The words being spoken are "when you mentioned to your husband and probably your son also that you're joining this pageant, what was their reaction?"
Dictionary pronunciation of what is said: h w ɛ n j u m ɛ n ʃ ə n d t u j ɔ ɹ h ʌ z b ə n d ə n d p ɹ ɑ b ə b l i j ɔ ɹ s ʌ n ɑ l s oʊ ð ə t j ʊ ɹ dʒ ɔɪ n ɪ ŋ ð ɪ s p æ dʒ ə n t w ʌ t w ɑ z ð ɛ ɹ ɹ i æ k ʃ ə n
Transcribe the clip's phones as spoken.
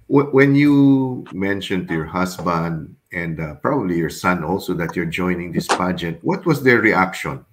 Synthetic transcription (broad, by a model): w w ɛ n j u m ɛ n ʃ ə n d t u j ɔ ɹ h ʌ s b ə n d ə n d p ɹ ɑ b ə b l i j ɔ ɹ s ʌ n ɑ l s oʊ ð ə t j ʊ ɹ dʒ ɔɪ n ɪ ŋ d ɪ s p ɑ dʒ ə t w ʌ t w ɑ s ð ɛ ɹ ɹ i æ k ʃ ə n